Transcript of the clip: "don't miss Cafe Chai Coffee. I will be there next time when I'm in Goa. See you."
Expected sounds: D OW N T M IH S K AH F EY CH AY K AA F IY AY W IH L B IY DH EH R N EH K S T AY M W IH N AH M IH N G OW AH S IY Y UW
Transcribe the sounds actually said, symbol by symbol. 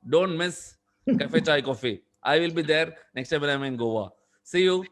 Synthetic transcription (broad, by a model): D OW N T M IH S K AH F EY CH AY K AA F IY AY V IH L B IY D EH R N EH K S T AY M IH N AH M IH N G OW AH S IY Y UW